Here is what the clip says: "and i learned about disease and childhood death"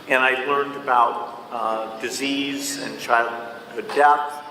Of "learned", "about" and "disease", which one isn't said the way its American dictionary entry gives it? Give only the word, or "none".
none